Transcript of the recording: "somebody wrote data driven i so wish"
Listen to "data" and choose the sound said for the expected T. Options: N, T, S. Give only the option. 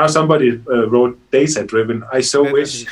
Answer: S